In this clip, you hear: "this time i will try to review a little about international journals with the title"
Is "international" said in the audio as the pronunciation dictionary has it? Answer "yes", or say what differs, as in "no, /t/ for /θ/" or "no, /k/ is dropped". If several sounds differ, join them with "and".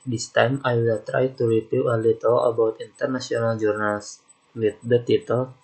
no, /s/ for /ʃ/